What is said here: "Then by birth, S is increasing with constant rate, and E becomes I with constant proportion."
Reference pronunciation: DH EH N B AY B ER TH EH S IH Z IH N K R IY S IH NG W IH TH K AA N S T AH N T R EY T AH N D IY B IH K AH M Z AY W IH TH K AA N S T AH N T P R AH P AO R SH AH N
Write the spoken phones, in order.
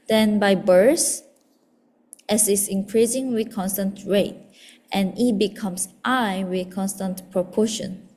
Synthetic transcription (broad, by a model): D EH N B AY B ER S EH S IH S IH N K R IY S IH NG W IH K AA N S T AH N T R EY T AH N IY B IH K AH M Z AY W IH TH K AA N S T AH N T P R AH P AO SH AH N